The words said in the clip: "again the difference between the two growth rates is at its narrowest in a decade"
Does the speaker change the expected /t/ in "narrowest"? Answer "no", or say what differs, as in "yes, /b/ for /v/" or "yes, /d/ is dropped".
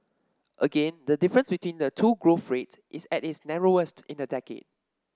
no